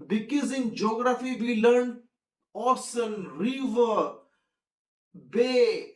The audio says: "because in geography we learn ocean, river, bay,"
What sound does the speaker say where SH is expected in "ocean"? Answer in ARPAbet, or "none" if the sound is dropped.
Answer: S